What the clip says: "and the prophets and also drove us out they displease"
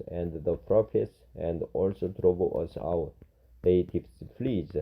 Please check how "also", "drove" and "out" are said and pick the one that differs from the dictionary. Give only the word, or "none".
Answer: drove